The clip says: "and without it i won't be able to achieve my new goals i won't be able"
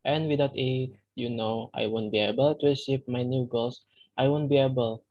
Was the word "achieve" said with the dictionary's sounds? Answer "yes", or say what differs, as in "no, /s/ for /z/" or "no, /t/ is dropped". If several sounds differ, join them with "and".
no, /s/ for /tʃ/ and /p/ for /v/